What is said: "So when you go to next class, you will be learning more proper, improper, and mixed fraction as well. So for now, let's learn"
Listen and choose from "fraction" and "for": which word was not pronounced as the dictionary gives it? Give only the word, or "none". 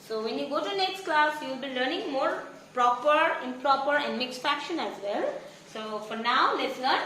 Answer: fraction